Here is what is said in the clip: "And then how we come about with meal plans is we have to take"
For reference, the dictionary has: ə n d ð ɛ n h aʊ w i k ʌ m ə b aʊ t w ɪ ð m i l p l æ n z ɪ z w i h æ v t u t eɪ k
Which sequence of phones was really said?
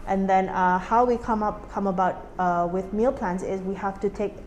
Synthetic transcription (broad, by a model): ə n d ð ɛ n h aʊ w i k ʌ m ə b aʊ t w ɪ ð m i l p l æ n s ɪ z w i h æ f t u t eɪ k